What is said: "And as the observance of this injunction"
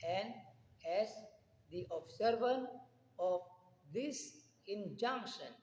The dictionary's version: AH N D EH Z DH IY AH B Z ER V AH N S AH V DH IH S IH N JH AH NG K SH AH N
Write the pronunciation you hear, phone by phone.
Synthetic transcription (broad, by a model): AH N D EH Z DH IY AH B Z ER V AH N AH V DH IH S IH N JH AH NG K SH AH N